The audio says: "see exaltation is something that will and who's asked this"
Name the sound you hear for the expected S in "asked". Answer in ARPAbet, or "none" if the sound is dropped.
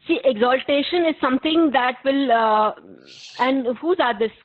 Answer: none